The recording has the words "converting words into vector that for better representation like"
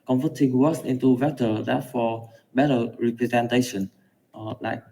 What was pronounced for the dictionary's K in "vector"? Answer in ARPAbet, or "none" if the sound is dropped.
none